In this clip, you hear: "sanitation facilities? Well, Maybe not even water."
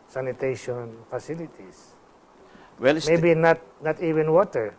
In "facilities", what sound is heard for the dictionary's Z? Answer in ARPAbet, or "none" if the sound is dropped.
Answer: S